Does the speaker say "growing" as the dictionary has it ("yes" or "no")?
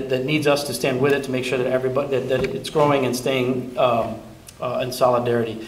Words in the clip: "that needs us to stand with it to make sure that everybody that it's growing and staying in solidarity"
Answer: yes